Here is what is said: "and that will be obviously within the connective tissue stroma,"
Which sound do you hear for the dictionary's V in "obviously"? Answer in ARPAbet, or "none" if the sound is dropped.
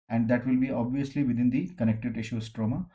V